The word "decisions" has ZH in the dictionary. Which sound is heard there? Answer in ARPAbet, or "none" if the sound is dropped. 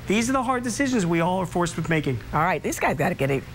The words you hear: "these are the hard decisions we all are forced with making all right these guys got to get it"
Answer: ZH